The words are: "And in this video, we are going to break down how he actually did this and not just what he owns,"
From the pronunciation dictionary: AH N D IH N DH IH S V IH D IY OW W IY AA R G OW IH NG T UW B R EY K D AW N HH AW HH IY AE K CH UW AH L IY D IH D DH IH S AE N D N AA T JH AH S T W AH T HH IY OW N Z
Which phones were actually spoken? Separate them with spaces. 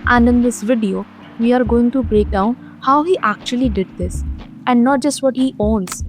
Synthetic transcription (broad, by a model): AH N D IH N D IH S V IH D IY OW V IY AA R G OW IH NG T UW B R EY K D AW N HH AW HH IY AE K CH UW AH L IY D IH D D IH S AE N D N AA T JH AH S T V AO T HH IY OW N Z